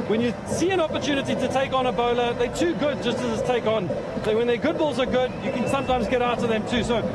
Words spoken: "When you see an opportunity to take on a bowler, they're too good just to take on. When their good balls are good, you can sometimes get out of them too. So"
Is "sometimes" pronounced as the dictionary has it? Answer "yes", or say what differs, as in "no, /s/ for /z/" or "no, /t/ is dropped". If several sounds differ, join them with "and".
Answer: yes